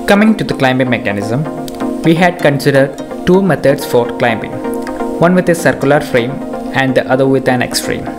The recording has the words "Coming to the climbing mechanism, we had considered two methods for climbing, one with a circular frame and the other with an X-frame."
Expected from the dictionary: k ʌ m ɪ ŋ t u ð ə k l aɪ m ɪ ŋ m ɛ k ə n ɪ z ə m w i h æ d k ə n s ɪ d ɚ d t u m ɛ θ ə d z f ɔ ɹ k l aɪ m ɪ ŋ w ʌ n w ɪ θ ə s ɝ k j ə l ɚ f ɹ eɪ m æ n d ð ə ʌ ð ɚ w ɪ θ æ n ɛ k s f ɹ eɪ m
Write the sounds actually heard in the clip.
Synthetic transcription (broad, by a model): k ʌ m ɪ ŋ t u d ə k l aɪ m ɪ m ɛ k ə n ɪ z ə m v i h æ d k ə n s ɪ d ɚ d t u m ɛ t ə d s f ɔ ɹ k l aɪ m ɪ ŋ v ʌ n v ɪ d ə s ɝ k j ə l ɚ f ɹ eɪ m æ n d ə ʌ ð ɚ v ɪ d æ n ɛ k s f ɹ eɪ m